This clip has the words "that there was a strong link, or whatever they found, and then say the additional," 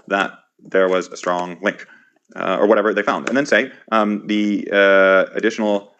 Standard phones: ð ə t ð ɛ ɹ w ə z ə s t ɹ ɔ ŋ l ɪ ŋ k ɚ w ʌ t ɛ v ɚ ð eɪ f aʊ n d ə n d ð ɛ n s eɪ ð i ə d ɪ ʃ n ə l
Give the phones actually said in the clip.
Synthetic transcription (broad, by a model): ð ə t ð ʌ ɹ w ə z ə s t ɹ ɔ ŋ l ɪ ŋ k ɚ w ʌ t ɛ v ɚ ð eɪ f aʊ n d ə n ð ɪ n s eɪ ð i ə d ɪ ʃ n l